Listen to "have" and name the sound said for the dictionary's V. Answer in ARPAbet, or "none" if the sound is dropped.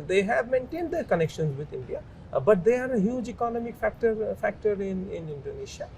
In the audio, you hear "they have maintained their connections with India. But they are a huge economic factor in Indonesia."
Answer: V